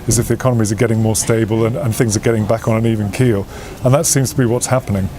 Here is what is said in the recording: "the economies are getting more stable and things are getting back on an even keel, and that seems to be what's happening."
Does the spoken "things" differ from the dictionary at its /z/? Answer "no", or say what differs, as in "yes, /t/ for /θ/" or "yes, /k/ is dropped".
no